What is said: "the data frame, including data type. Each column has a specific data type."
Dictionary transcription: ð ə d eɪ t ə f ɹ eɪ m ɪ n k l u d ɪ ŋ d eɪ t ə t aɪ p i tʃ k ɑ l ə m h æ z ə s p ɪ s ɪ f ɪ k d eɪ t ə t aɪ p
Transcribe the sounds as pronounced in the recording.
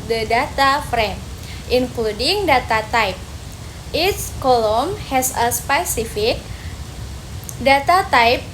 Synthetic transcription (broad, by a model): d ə d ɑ t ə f ɹ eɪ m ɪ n k l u d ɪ ŋ d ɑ t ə t aɪ p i s k ɑ l ə m h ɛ s ə s p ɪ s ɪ f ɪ k d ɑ t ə t aɪ p